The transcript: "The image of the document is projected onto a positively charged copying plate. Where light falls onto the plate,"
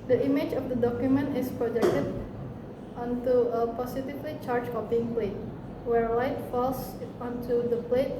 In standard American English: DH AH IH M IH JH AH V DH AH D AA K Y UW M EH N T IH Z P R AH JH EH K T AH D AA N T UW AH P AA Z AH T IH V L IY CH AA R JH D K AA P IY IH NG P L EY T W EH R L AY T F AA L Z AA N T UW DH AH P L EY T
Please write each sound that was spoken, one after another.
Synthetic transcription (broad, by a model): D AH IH M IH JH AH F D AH D AA K Y UW M EH N T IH S P R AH JH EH K T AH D AA N T UW AH P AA S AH T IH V L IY CH AA R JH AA B IY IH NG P L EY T W EH R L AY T F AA L S AA N T UW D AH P L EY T